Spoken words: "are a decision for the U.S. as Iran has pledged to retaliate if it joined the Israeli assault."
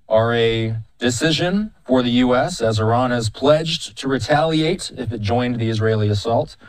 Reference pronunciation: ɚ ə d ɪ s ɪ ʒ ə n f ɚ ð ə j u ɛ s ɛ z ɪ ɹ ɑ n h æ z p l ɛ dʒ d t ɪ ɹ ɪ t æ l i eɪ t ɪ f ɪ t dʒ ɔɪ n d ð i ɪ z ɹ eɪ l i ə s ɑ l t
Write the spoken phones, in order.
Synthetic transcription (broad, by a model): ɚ ə d ɪ s ɪ ʒ ə n f ɚ ð ə j u ɛ s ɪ z ɪ ɹ ɑ n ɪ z p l ɛ dʒ t ɪ ɹ ɪ t æ l i eɪ t ɪ f ɪ t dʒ ɔɪ n ð i ɪ z ɹ eɪ l i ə s ɑ l t